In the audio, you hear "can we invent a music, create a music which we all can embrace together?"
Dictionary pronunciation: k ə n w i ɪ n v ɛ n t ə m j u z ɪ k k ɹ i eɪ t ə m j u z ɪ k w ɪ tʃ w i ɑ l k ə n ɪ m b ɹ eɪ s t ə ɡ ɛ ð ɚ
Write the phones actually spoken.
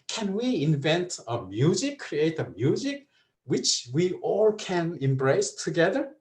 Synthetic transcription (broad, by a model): k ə n w i ɪ n v ɛ n t ə m j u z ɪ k k ɹ i eɪ t ə m j u z ɪ k w ɪ tʃ w i ɑ l k ə n ɪ m b ɹ eɪ s t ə ɡ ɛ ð ɚ